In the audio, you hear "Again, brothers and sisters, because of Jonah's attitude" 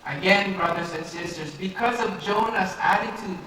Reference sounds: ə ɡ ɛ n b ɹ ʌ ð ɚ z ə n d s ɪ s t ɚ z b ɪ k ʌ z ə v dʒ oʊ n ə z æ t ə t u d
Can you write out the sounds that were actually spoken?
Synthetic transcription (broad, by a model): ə ɡ ɛ n b ɹ ʌ ð ɚ z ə n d s ɪ s t ɚ z b ɪ k ʌ z ə v dʒ oʊ n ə s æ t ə t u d